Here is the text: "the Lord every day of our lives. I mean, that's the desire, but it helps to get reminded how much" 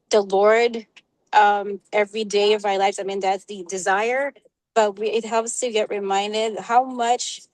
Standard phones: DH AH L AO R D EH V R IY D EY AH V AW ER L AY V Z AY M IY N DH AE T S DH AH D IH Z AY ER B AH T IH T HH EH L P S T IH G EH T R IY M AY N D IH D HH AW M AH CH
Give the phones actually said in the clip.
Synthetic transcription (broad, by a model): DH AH L AO R D EH V R IY D EY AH V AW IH L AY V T AY M IY N DH AE T S DH AH D IH Z AY ER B AH T IH T HH EH L P S T IH G EH T R IY M AY N D IH D HH AW M AH CH